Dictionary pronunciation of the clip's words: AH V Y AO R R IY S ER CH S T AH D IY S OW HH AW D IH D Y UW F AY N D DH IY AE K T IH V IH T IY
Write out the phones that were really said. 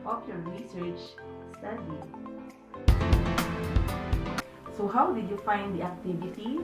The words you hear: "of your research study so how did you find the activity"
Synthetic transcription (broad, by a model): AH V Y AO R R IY S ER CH S T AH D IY S OW HH AW D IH Y UW F AY N D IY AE K T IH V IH T IY